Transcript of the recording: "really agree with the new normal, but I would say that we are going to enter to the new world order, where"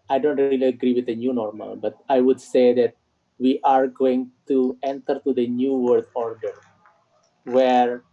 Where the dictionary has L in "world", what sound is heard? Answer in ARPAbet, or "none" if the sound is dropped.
none